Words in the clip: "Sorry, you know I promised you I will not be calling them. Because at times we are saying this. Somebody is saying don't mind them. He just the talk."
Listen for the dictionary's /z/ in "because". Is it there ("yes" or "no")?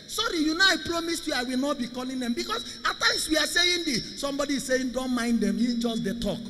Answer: no